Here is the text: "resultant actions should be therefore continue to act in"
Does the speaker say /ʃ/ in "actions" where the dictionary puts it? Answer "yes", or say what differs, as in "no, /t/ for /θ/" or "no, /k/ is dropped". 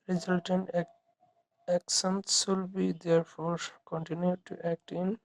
no, /s/ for /ʃ/